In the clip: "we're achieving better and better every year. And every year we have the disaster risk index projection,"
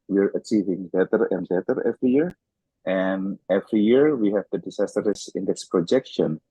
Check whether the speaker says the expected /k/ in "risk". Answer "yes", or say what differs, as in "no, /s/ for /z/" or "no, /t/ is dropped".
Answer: no, /k/ is dropped